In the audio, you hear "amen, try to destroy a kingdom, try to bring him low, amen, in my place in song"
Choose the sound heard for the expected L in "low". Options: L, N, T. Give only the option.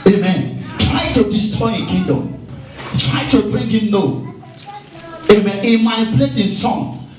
N